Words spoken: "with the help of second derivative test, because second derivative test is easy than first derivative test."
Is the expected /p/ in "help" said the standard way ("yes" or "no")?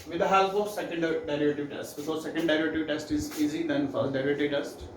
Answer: no